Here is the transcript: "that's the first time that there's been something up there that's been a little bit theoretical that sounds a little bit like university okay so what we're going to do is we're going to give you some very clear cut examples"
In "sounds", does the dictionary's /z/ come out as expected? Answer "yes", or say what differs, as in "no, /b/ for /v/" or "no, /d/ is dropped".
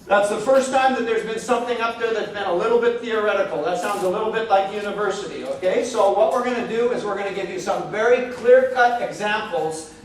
yes